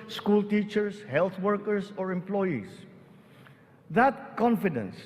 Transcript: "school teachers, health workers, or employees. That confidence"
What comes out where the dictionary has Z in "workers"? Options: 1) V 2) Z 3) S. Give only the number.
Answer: 3